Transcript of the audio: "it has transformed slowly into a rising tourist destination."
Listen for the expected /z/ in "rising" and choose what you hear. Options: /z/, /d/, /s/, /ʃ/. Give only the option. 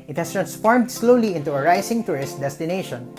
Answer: /s/